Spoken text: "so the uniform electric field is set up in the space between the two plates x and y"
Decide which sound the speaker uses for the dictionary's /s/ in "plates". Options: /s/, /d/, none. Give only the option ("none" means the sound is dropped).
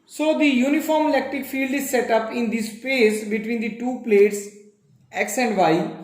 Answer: /s/